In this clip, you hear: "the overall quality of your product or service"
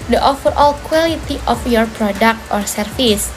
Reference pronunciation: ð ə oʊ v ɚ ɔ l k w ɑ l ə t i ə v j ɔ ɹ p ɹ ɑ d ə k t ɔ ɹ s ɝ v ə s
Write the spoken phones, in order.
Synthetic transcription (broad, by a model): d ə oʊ f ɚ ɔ l k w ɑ l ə t i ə f j ɔ ɹ p ɹ ɑ d ə k t ɔ ɹ s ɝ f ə s